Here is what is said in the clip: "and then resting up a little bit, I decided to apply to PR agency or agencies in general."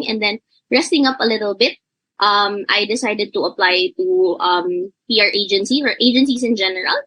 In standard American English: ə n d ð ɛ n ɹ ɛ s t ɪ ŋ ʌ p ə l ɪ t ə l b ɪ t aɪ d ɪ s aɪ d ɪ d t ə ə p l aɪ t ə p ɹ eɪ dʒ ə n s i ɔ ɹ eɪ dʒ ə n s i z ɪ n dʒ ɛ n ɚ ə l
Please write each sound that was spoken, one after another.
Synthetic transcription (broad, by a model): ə n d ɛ n ɹ ɛ s t ɪ ŋ ʌ p ə l ɪ t ə l b ɪ t aɪ d ɪ s aɪ d ɪ d t ə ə p l aɪ t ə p ɹ eɪ dʒ ə n s i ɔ ɹ eɪ dʒ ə n s i s ɪ n dʒ ɛ n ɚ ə l